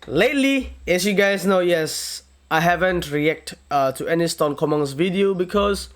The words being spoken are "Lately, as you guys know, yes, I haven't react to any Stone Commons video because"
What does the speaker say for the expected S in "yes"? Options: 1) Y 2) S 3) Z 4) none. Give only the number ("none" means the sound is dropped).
2